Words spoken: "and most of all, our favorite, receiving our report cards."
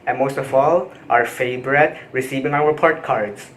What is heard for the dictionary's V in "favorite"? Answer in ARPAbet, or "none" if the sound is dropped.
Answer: B